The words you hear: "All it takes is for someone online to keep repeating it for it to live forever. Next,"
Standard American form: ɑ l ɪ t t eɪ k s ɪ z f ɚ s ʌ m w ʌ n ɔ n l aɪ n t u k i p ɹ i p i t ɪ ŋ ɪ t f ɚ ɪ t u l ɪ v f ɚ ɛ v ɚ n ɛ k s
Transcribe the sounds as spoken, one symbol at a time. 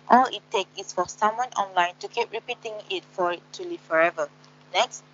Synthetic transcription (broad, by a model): ɑ l ɪ t t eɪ k ɪ s f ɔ s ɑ m w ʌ n ɔ n l aɪ n t u k i p ɹ i p i t ɪ ŋ ɪ t f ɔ ɪ t u l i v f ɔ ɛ v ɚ n ɛ k s